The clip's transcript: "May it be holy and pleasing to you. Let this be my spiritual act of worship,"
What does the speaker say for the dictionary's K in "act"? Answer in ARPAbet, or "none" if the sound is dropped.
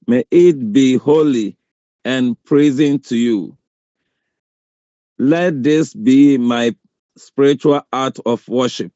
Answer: none